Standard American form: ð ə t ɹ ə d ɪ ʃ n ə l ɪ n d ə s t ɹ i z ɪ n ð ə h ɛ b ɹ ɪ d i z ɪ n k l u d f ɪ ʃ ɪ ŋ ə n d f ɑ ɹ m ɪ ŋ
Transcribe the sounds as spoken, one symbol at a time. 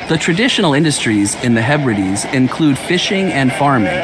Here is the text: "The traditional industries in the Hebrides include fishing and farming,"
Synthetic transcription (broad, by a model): ð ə t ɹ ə d ɪ ʃ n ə l ɪ n d ə s t ɹ i z ɪ n ð ə h ɛ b ɹ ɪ d i z ɪ n k l u d f ɪ ʃ ɪ ŋ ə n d f ɑ ɹ m ɪ ŋ